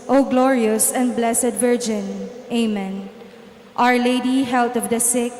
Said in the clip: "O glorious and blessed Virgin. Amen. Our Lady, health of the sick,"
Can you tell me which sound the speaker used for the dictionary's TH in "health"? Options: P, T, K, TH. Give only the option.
T